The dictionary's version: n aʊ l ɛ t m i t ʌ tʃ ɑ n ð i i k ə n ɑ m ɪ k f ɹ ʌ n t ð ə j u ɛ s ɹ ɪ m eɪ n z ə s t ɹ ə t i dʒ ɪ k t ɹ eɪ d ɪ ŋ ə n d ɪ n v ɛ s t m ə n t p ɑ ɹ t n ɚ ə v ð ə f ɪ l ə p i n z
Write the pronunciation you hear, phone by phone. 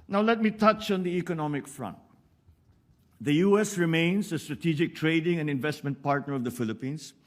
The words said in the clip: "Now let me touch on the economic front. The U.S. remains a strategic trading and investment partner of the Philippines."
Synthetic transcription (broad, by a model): n aʊ l ɛ t m i t ʌ tʃ ɑ n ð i i k ə n ɑ m ɪ k f ɹ ʌ n t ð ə j u ɛ s ɹ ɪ m eɪ n s ə s t ɹ ə t i dʒ ɪ k t ɹ eɪ d ɪ ŋ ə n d ɪ n v ɛ s t m ə n t p ɑ ɹ t n ɚ ə v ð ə f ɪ l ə p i n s